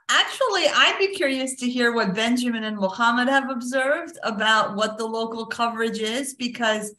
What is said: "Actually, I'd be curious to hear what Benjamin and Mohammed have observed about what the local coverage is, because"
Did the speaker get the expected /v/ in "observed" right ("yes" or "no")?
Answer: yes